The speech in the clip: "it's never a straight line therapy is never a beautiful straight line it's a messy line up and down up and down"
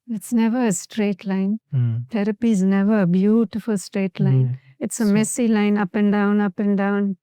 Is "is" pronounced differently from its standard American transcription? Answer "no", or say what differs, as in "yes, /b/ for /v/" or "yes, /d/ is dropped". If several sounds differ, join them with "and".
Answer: no